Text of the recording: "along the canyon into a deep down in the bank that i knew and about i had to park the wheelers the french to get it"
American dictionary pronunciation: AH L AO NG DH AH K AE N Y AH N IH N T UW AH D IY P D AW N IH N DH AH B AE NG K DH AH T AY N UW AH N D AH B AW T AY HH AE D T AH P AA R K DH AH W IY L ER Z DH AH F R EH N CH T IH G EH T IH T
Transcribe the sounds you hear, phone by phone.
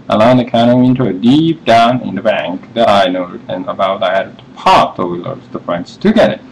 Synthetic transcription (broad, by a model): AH L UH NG DH AH K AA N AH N IH N T UW AH D IY P D AW N IH N DH AH B AE NG K DH AH T AY N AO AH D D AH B AW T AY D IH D T AH P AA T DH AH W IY L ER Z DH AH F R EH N S T IH G EH T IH T